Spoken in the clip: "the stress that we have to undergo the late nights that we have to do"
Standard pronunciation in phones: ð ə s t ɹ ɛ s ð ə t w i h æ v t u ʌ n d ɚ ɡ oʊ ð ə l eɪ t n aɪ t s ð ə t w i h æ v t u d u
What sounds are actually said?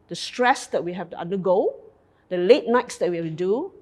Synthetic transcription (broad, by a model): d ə s t ɹ ɛ s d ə t w i h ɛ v t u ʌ n d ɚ ɡ oʊ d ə l eɪ t n aɪ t s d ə t w i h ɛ t u d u